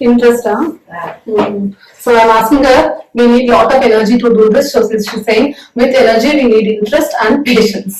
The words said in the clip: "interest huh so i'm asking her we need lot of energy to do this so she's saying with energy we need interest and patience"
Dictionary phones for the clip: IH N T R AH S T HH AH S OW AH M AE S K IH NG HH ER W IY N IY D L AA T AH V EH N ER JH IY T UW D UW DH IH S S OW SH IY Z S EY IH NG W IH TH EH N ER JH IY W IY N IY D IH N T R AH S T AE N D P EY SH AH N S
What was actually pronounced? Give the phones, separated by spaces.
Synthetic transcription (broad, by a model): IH N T R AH S T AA S OW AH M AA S IH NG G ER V IY N IY D L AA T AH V EH N ER JH IY T UW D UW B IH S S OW S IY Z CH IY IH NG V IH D EH N ER JH IY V IY N IY D IH N T R AH S T AE N D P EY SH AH N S